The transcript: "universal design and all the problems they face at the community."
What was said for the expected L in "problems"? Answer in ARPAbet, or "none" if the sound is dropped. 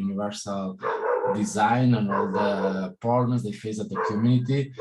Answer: N